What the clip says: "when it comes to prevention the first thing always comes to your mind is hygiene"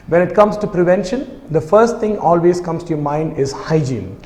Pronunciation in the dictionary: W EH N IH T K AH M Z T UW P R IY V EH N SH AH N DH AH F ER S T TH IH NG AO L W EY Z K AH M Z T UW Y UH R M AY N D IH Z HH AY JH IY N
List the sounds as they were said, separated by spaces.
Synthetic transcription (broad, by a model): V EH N IH T K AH M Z T UW P R IY V EH N SH AH N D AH F ER S T T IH NG AO L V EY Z K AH M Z T UW Y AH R M AY N D IH Z HH AY JH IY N